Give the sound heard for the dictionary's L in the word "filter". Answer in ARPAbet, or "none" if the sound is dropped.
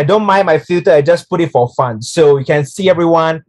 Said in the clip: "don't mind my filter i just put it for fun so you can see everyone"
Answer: none